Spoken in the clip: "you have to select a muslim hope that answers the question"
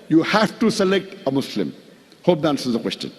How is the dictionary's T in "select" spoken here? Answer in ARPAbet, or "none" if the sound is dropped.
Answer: T